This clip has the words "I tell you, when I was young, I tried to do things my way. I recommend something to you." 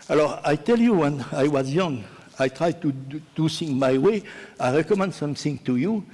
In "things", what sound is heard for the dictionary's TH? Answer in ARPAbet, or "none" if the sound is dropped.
S